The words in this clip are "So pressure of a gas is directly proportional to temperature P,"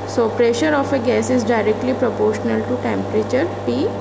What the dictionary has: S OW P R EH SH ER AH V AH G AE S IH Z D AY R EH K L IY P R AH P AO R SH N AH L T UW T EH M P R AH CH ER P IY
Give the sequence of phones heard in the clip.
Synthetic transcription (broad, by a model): S OW P R EH SH ER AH F AH G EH S IH Z D AY R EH K L IY P R AH P AO R SH N AH L T UW T EH M P R AH CH ER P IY